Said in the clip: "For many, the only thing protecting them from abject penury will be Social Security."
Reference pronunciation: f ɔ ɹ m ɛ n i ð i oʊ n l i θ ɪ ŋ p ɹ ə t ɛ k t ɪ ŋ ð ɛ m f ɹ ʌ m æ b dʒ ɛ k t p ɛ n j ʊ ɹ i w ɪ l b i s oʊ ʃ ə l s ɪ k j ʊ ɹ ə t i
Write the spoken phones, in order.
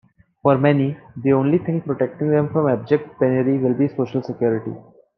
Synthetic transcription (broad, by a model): f ɔ ɹ m ɛ n i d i oʊ n l i t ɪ ŋ p ɹ ə t ɛ k t ɪ ŋ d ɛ m f ɹ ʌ m æ b dʒ ɛ k t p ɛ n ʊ ɹ i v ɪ l b i s oʊ ʃ ə l s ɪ k j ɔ ɹ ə t i